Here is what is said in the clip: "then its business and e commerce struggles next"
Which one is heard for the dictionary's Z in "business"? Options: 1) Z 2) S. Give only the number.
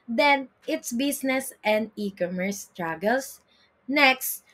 2